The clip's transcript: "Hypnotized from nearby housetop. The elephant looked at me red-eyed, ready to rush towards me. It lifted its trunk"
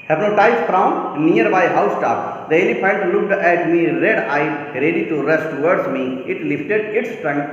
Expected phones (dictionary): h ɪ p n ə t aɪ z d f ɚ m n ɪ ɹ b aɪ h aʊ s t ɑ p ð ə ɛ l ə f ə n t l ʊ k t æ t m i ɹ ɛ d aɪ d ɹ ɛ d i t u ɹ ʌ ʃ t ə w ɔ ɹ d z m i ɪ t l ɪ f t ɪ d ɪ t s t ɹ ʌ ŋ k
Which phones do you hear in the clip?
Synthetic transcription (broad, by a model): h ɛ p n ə t aɪ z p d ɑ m n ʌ ɹ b aɪ h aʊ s t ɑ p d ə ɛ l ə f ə n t l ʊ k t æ t m i ɹ ɛ d aɪ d ɹ ɛ d i t u ɹ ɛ s t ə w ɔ ɹ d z m i ɪ t l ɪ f t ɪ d ɪ t s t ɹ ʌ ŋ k